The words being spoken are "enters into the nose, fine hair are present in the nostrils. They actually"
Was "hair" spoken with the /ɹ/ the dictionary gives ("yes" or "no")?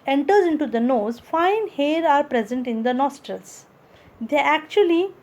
yes